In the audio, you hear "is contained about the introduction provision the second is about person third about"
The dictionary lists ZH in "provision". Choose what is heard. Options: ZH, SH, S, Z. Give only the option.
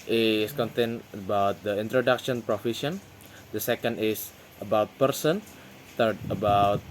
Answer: SH